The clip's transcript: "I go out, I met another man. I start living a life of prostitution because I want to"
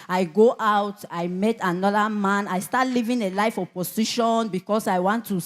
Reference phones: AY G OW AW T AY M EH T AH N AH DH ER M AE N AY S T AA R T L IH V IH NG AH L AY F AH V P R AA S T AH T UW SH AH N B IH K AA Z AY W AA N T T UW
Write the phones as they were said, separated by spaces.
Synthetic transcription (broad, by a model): AY G OW AW T AY M EH T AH N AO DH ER M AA N AY S T AA T L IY V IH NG AH L AY F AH P AA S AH SH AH N B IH K AA S AY W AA N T T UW